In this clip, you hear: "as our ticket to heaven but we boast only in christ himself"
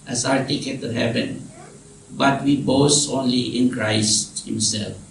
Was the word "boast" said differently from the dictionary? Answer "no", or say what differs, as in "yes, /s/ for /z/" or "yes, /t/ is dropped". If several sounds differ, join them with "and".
yes, /t/ is dropped